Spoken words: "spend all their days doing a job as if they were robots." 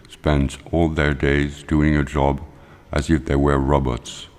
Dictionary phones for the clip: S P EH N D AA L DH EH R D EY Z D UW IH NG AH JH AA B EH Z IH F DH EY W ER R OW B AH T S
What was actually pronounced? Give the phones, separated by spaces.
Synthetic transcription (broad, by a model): S P EH N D AA L DH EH R D EY Z D UW IH NG AH JH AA B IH Z IH F DH EY W ER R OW B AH T S